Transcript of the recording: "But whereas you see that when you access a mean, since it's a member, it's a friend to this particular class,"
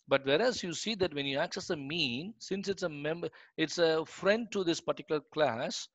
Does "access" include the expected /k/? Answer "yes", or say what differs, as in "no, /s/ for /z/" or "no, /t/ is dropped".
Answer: yes